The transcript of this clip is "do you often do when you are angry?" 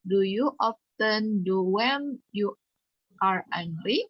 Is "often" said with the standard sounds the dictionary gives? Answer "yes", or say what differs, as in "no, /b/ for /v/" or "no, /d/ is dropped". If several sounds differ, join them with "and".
yes